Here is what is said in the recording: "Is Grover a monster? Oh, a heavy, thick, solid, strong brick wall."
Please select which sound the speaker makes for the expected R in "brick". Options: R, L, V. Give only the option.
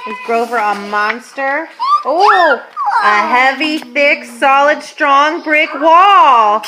R